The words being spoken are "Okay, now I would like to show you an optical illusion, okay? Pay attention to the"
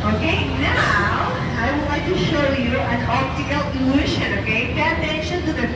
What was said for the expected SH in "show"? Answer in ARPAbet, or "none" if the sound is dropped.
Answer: SH